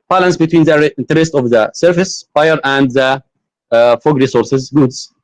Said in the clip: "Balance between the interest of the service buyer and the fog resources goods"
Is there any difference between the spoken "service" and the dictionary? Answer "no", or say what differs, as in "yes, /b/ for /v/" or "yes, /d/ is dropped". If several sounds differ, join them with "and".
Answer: yes, /f/ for /v/